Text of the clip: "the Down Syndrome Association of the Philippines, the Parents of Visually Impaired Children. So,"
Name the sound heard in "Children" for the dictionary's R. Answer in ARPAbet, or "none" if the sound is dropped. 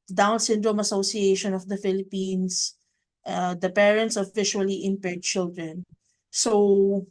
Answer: R